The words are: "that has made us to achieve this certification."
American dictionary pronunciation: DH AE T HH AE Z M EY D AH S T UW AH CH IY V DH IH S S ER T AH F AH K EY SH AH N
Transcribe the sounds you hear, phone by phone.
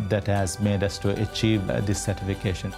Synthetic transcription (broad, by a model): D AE T HH AE Z M EY D AH S T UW AH CH IY V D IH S S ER T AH F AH K EY SH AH N